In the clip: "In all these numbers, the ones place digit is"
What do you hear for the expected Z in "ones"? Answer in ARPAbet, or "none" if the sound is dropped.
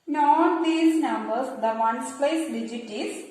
S